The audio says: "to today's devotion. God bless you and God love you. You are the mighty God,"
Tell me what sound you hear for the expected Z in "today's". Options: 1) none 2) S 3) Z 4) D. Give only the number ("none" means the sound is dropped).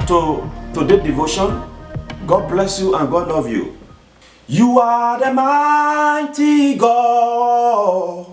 1